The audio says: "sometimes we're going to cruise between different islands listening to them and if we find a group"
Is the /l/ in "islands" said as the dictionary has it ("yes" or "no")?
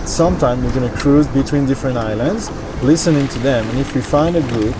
yes